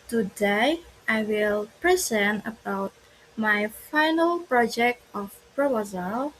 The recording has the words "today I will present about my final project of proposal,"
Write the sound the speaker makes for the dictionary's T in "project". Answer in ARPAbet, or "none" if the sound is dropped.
T